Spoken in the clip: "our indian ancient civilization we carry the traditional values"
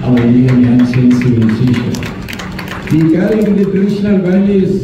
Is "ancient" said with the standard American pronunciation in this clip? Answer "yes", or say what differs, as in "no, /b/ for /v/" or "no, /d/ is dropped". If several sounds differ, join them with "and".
no, /s/ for /ʃ/